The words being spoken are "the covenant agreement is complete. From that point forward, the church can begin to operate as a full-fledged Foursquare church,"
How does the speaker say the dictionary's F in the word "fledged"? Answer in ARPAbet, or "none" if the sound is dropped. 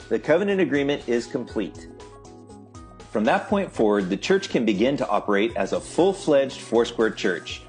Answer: F